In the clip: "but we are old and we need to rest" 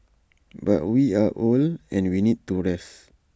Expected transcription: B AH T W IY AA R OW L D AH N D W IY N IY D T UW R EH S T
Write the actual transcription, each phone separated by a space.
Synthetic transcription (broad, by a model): B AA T W IY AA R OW L AH N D W IY N IY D T UW R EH S